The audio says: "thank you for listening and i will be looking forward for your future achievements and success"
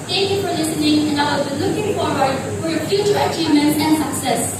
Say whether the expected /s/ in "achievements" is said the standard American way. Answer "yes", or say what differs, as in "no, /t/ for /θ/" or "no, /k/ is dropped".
no, /s/ is dropped